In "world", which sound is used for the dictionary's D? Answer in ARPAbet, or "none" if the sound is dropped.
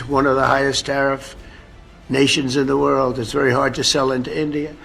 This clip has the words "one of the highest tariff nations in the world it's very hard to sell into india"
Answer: D